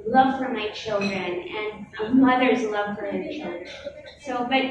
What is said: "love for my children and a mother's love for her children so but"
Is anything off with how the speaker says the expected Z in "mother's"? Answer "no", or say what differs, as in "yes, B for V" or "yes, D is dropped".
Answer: no